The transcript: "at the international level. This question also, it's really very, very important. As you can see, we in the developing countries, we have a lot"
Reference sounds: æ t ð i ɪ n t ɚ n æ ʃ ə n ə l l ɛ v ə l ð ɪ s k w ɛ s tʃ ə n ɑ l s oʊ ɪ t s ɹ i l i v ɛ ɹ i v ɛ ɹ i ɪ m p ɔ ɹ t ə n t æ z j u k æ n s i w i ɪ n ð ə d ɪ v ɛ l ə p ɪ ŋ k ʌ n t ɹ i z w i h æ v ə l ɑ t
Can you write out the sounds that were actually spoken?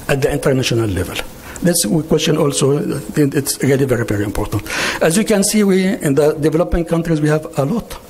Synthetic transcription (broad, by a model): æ t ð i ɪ n t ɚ n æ ʃ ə n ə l l ɛ v ə l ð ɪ s k w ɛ s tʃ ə n ɑ l s oʊ ɪ t s ɹ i l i v ɛ ɹ i v ɛ ɹ i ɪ m p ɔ ɹ t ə n t æ z j u k æ n s i w i ɪ n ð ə d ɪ v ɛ l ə p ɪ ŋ k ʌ n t ɹ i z w i h æ v ə l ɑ t